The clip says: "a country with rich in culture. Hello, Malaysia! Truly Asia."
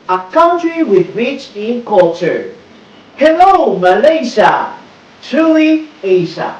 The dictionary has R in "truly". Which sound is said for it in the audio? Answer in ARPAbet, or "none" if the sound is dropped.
none